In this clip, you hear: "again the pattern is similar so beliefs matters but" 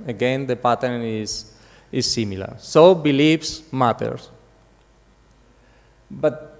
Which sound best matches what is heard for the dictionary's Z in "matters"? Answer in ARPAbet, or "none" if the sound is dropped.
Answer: S